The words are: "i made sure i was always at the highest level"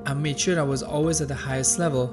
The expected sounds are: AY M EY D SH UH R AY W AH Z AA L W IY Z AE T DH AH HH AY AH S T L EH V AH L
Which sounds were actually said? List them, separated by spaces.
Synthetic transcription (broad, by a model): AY M EY D SH UH R AY W AH Z AA L W IY Z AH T DH AH HH AY AH S T L EH V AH L